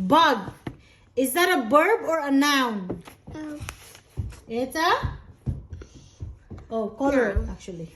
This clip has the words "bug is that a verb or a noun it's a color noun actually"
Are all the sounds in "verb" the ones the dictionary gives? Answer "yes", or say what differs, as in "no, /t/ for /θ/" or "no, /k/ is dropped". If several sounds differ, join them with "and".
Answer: no, /b/ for /v/